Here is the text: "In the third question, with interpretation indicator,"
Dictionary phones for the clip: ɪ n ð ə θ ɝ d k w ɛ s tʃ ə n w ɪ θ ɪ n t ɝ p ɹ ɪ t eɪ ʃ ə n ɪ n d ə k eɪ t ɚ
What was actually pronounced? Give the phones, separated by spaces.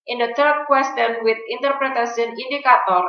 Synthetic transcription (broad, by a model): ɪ n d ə t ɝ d k w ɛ s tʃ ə n w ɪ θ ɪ n t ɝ p ɹ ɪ t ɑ s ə n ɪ n d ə k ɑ t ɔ